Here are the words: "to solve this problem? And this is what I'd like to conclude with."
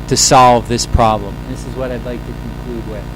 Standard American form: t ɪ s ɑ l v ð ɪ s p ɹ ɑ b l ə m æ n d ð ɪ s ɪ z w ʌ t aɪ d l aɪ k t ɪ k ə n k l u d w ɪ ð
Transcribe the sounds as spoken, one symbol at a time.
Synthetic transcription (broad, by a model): t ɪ s ɑ l v ð ɪ s p ɹ ɑ b l ə m ð ɪ s ɪ z w ʌ t aɪ d l aɪ k t ɪ k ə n k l u d w ɪ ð